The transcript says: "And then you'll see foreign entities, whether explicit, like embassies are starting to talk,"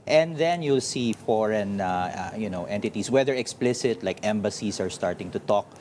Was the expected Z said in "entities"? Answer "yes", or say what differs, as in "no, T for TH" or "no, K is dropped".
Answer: no, S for Z